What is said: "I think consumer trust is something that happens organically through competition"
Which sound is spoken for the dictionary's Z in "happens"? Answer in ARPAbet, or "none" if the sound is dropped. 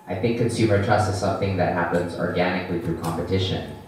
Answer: Z